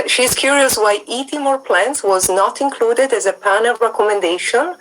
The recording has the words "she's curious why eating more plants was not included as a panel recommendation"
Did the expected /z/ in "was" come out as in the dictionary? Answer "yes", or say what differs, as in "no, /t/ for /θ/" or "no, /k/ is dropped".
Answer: yes